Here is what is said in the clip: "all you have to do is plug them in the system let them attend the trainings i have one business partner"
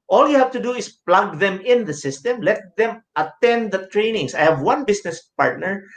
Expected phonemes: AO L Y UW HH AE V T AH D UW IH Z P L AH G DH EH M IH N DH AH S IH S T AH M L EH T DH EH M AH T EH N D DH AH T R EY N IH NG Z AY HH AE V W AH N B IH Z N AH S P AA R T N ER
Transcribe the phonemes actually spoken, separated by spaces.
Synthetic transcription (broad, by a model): AO L Y UW HH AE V T AH D UW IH S P L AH G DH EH M IH N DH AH S IH S T AH M L EH T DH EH M AH T EH N D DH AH T R EY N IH NG S AY HH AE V W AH N B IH S N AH S P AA R T N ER